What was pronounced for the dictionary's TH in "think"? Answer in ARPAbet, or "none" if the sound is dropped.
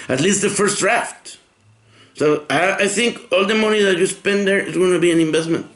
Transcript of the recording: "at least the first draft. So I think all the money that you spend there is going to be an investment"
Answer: TH